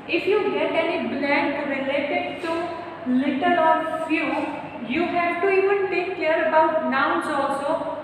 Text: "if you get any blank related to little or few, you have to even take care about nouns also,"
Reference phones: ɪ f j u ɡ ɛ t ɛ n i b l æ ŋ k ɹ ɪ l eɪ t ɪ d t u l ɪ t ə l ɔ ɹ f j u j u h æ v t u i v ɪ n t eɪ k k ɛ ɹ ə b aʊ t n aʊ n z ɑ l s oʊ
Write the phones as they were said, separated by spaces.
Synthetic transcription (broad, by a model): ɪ f j u ɡ ɛ t ɛ n i b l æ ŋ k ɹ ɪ l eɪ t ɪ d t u l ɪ t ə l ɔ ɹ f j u j u h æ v t u i v ɪ n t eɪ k k ɛ ɹ ə b aʊ t n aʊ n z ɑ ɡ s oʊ